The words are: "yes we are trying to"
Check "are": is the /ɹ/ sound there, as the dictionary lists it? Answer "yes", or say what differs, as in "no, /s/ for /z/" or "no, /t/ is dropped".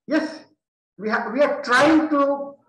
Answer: no, /w/ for /ɹ/